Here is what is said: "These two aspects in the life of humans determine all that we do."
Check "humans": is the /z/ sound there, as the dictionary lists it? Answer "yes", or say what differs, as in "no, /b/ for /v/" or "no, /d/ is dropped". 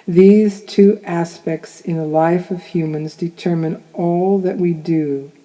yes